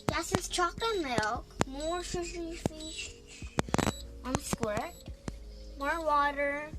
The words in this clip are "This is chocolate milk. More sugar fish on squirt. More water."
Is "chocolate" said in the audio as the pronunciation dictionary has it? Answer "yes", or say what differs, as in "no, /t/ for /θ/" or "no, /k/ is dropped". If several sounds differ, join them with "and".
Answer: no, /l/ is dropped